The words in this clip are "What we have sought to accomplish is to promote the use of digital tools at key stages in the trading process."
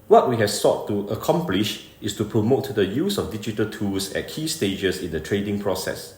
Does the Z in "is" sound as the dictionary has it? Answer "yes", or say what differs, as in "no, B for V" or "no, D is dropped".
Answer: no, S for Z